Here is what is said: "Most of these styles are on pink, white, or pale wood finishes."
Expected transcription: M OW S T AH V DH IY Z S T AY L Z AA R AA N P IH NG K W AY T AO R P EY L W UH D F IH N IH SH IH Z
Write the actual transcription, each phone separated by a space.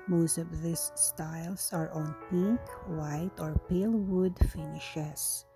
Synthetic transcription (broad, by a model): M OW S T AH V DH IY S S T AY L S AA R AA N P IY K W AY T AO R P EY L W UH D F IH N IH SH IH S